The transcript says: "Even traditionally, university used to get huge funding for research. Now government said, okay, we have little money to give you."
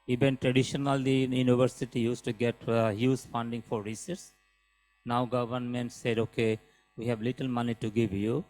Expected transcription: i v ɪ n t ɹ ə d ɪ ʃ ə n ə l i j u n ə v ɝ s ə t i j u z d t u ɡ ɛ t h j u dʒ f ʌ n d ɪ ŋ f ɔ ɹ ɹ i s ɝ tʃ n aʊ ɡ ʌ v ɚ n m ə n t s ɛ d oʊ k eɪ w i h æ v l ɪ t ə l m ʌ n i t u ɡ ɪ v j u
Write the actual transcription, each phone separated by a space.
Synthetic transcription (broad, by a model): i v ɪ n t ɹ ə d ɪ ʃ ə n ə l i j u n ə v ɝ s ə t i j u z t u ɡ ɛ t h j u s f ʌ n d ɪ ŋ f ɔ ɹ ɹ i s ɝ s n aʊ ɡ ʌ v ɚ n m ə n t s ɛ d oʊ k eɪ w i h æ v l ɪ t ə l m ʌ n i t u ɡ ɪ v j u